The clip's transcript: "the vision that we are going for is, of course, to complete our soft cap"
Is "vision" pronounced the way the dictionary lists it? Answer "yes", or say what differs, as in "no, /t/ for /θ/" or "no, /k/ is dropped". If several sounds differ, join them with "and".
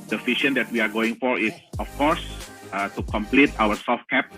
no, /f/ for /v/ and /ʃ/ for /ʒ/